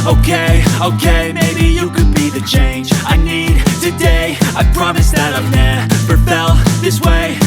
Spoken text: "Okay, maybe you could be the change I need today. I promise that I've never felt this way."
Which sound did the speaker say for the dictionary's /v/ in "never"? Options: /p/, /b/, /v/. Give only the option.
/p/